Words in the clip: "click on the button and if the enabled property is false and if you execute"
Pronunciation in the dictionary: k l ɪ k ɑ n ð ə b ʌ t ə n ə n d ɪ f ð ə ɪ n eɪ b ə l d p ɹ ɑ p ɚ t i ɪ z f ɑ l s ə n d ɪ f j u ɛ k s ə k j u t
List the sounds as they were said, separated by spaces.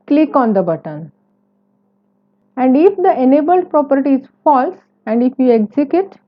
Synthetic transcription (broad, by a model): k l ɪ k ɑ n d ə b ʌ t ə n ə n d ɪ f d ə ɪ n eɪ b ə l d p ɹ ɑ p ɚ t i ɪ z f ɑ l s ə n d ɪ f j u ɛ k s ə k j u t